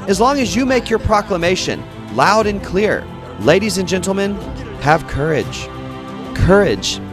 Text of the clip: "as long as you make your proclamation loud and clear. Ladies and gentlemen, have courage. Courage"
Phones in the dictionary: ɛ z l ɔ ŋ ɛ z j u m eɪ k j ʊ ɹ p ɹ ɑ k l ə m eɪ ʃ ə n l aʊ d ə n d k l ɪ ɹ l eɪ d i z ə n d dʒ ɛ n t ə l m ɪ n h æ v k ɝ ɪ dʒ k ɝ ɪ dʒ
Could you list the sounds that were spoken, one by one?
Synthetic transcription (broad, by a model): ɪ z l ɔ ŋ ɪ z j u m eɪ k j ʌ ɹ p ɹ ɑ k l ə m eɪ ʃ ə n l aʊ d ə n k l ɪ ɹ l eɪ d i z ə n dʒ ɛ n t l m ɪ n h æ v k ɝ ɪ dʒ k ɝ ɪ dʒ